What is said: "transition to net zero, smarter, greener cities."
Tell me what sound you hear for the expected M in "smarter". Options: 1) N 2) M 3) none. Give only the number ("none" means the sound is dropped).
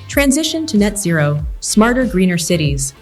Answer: 2